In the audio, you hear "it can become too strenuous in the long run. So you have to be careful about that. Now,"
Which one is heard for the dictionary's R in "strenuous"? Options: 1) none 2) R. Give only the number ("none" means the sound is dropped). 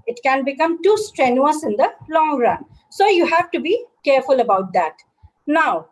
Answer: 2